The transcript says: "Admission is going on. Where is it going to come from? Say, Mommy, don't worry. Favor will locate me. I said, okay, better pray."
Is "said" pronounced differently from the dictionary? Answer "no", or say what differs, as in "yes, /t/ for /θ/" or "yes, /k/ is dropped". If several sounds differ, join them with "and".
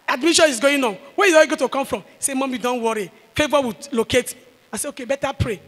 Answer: yes, /d/ is dropped